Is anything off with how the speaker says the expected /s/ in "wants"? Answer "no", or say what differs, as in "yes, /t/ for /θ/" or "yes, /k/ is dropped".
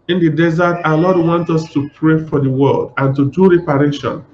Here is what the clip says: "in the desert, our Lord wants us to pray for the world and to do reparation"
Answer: yes, /s/ is dropped